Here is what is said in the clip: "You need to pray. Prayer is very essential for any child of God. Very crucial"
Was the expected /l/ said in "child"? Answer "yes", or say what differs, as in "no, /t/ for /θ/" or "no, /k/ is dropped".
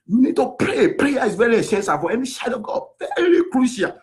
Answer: no, /l/ is dropped